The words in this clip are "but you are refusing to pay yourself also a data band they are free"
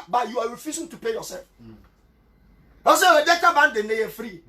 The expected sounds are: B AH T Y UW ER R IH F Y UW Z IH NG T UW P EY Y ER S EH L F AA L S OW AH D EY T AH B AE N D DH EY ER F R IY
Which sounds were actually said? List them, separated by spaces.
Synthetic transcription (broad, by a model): B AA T Y UW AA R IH F Y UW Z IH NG T UW P EY Y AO S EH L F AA S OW AH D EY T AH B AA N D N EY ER F R IY